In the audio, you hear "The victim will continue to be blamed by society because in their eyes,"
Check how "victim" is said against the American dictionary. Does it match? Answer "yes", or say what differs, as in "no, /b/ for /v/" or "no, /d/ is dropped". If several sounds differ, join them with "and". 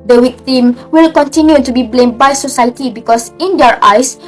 no, /w/ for /v/